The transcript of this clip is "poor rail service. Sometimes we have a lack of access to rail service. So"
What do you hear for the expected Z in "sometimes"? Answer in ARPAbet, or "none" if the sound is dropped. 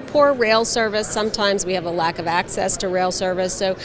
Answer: Z